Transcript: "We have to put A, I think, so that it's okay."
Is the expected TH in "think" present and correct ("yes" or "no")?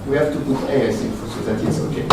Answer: no